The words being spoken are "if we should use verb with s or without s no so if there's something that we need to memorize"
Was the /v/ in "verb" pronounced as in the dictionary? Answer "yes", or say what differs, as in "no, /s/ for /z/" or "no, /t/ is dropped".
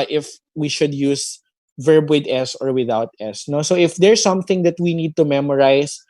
yes